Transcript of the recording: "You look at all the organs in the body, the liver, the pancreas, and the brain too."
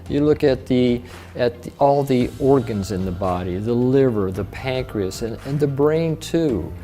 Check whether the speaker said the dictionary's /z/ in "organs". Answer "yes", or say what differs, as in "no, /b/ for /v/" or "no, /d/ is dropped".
yes